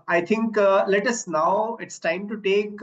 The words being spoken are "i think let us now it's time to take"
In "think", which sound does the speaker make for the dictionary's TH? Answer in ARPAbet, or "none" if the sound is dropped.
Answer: T